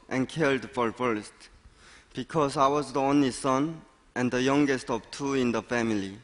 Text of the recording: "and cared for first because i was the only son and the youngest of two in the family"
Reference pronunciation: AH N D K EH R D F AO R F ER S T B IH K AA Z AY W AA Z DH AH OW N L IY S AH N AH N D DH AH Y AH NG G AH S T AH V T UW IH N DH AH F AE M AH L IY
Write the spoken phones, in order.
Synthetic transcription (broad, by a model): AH N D K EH L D F AO R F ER S T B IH K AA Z AY W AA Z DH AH OW N L IY S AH N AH N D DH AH Y AH NG G AH S T AH V T UW IH N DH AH F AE M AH L IY